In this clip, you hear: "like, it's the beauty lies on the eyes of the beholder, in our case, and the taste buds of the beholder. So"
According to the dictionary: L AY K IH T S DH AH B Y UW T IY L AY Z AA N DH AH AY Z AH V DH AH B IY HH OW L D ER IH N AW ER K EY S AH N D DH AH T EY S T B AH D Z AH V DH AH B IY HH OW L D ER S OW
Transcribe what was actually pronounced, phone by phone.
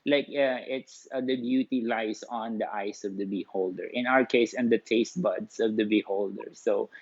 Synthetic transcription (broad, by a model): L AY K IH T S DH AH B Y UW T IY L AY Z AA N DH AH AY S AH V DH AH B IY HH OW L D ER IH N AW ER K EY S AH N D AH T EY S T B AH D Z AH V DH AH B IY HH OW L D ER S OW